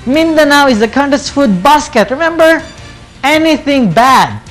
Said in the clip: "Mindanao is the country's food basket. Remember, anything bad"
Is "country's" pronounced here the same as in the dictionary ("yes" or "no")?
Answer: no